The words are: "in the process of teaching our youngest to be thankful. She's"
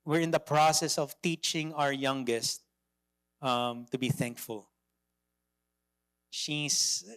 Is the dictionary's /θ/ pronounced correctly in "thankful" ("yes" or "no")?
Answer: yes